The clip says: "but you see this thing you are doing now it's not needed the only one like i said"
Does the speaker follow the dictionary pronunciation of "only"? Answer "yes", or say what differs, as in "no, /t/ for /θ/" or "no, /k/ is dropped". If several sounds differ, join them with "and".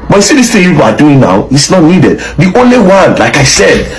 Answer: yes